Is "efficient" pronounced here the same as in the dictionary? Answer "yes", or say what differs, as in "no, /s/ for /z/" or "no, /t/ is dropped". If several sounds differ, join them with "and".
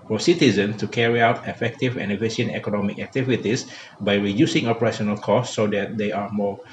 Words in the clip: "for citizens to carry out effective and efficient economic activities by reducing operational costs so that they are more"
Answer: no, /t/ is dropped